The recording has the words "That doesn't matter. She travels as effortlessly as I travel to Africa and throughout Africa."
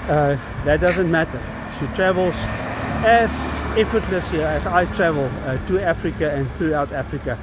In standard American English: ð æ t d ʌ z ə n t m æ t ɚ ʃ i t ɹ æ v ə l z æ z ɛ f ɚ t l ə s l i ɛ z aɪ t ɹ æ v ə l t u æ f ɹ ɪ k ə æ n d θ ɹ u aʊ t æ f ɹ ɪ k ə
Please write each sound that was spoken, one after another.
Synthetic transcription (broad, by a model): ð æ t d ʌ z ə n t m æ t ɚ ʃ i t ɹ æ v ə l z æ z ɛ f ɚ t l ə s i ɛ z aɪ t ɹ æ v ə l t u æ f ɹ ɪ k ə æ n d θ ɹ u aʊ t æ f ɹ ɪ k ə